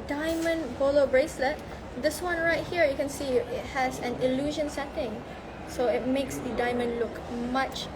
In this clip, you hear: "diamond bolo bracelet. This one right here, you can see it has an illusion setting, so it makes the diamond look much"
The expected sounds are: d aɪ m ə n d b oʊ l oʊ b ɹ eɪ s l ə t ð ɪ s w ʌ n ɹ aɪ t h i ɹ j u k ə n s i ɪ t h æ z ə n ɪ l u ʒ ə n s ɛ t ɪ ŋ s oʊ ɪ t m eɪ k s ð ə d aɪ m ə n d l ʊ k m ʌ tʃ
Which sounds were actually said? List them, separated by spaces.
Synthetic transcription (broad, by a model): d aɪ m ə n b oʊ l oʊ b ɹ eɪ s l ə t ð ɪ s w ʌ n ɹ aɪ t h i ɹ j u k ə n s i ɪ t h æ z ə n ɪ l u ʒ ə n s ɛ t ɪ ŋ s oʊ ɪ t m eɪ k s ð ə d aɪ m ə n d l ʊ k m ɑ tʃ